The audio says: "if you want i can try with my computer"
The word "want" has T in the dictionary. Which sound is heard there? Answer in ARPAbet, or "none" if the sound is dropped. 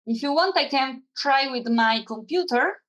T